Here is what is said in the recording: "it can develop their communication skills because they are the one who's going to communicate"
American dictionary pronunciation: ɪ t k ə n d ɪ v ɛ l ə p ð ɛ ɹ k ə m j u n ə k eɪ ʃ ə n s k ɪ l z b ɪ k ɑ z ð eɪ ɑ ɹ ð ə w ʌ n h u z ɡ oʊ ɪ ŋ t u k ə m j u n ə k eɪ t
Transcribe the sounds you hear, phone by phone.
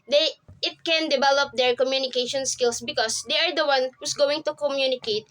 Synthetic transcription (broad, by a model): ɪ t k ə n d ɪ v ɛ l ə p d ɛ ɹ k ə m j u n ə k eɪ ʃ ə n s k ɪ l s b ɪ k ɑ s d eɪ ɑ ɹ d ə w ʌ n h u s ɡ oʊ ɪ ŋ t u k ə m j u n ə k eɪ t